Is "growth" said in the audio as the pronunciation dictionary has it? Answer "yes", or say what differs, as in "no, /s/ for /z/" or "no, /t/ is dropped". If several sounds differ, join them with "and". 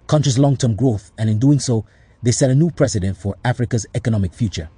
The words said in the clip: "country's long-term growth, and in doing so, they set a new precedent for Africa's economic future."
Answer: yes